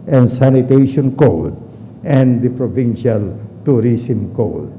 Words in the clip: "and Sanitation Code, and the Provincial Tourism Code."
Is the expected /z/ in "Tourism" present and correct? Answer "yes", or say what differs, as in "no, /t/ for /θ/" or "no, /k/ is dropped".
no, /s/ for /z/